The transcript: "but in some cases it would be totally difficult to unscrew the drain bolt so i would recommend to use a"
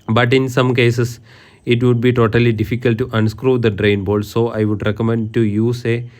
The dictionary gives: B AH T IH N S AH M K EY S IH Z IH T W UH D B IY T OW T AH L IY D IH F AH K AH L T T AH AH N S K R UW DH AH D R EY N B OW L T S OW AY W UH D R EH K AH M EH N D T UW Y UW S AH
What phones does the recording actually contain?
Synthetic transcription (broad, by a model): B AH T IH N S AH M K EY S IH S IH T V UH D B IY T OW T AH L IY D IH F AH K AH L T T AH AH N S K R UW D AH D R EY N B OW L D S OW AY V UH D R EH K AH M EH N D T UW Y UW S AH